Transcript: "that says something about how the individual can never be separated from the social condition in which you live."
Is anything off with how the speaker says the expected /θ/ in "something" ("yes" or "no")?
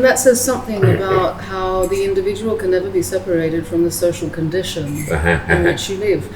no